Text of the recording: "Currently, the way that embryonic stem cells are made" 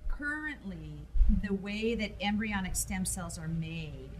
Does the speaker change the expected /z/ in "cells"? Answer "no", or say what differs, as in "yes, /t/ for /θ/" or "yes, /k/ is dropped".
no